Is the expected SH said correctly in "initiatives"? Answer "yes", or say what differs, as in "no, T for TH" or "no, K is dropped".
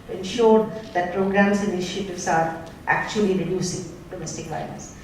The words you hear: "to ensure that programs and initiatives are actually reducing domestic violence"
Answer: no, SH is dropped